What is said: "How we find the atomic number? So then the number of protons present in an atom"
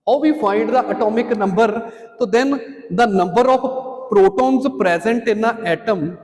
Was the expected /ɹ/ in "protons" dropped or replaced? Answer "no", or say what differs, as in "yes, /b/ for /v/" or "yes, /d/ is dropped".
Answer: no